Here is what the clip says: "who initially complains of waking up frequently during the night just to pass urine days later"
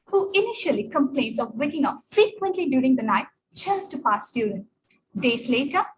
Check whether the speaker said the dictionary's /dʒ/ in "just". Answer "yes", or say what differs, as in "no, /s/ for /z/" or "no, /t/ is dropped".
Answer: no, /tʃ/ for /dʒ/